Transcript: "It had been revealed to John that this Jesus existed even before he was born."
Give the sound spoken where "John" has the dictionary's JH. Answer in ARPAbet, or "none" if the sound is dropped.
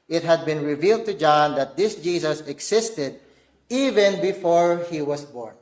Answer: JH